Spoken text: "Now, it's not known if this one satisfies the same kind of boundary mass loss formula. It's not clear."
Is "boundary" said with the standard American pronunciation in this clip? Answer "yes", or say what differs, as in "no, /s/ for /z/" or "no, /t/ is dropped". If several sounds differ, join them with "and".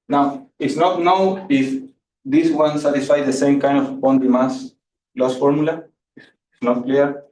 no, /ɹ/ is dropped